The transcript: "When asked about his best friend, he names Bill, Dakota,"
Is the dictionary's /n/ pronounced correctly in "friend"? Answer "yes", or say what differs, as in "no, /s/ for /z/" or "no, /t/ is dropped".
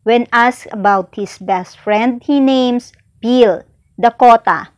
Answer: yes